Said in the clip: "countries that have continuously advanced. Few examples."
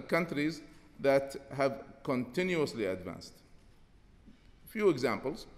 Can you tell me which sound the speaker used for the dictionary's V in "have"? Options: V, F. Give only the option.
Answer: V